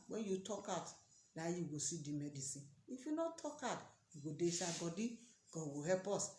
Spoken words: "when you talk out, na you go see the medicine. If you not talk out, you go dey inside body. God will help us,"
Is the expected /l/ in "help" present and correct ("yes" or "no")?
no